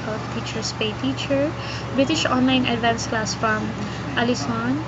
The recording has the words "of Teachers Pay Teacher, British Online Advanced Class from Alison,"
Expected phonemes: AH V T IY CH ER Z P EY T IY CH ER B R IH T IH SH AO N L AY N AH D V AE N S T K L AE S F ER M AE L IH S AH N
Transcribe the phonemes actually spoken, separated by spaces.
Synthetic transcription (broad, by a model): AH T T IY CH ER S P EY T IY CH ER B R IH T IH SH AO N L AY N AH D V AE N S K L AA S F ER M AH L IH S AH N